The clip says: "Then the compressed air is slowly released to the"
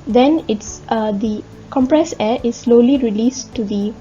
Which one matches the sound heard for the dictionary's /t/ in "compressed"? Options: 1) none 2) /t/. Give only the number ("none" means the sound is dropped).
1